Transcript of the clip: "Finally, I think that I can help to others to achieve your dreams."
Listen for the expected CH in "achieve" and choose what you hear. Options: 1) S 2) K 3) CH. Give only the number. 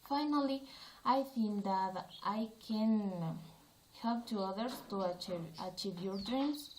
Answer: 3